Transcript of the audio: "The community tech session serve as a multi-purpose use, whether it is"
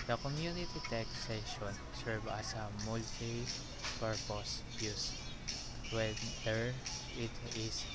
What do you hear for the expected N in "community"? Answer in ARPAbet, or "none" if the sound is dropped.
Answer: N